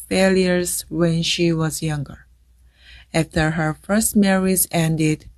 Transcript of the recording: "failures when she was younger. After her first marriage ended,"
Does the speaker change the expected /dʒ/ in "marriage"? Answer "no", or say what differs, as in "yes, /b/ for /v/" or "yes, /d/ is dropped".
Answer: yes, /z/ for /dʒ/